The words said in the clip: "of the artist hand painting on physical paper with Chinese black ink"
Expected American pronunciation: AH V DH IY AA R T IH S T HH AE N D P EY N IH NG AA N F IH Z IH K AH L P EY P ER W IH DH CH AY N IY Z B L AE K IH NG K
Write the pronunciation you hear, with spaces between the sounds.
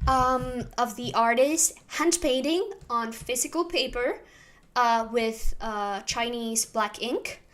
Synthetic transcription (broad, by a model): AH V DH IY AA R T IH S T HH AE N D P EY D IH NG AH N F IH Z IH K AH L P EY P ER W IH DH CH AY N IY Z B L AE K IH NG K